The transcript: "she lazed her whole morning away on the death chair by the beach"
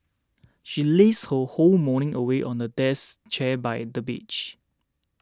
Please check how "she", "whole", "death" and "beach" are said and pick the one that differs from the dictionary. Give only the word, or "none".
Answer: death